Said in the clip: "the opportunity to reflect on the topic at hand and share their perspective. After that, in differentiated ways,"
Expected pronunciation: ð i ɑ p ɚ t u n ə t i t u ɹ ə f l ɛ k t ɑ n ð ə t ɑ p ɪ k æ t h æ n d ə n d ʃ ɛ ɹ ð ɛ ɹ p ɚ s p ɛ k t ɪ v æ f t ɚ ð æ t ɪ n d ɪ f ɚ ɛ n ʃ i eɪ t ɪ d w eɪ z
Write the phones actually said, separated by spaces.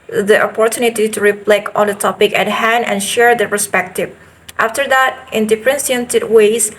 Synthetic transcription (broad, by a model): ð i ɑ p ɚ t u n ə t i t u ɹ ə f l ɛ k ɑ n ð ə t ɑ p ɪ k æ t h æ n d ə n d ʃ ɛ ɹ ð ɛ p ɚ s p ɛ k t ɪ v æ f t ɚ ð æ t ɪ n d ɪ f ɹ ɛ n s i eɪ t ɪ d w eɪ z